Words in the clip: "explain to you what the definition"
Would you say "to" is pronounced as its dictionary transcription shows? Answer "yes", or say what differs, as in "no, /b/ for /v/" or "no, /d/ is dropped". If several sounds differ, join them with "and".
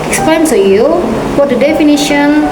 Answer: no, /s/ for /t/